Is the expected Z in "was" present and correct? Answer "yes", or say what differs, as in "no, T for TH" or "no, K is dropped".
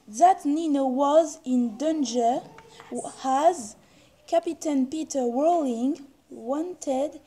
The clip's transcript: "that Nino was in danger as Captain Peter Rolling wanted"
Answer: yes